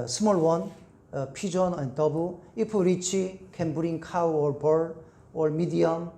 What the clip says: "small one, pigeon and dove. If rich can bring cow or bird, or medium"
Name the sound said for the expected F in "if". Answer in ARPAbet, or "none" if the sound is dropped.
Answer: P